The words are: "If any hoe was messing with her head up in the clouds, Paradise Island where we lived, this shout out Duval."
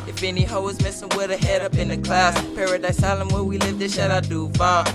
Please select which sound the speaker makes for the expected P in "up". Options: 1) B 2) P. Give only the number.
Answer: 2